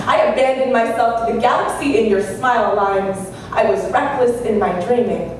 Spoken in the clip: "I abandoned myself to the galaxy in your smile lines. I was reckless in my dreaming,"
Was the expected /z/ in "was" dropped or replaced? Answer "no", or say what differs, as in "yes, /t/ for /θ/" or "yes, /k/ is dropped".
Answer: no